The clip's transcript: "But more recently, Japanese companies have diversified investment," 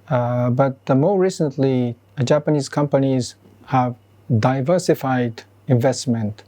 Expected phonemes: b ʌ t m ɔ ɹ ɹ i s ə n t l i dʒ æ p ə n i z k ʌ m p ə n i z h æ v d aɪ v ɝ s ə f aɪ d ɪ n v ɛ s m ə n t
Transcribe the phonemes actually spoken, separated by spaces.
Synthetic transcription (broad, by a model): b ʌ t m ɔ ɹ ɹ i s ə n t l i dʒ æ p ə n i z k ʌ m p ə n i z h æ v d aɪ v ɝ s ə f aɪ d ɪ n v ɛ s m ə n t